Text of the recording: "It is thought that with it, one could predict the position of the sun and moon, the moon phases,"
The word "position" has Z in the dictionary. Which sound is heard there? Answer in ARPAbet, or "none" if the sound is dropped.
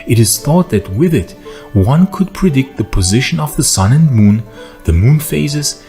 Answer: Z